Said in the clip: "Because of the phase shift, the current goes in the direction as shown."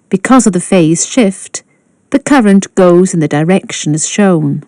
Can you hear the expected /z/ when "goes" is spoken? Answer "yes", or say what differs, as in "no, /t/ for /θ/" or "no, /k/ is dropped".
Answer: yes